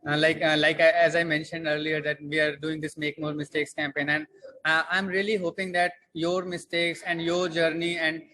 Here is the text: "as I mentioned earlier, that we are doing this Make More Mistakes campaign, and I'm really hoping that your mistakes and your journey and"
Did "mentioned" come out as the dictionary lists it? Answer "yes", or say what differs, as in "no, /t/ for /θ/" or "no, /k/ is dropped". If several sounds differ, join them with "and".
yes